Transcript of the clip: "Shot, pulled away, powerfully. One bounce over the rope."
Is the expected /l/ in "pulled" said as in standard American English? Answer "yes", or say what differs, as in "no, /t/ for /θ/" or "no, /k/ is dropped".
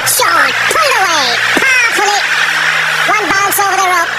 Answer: no, /l/ is dropped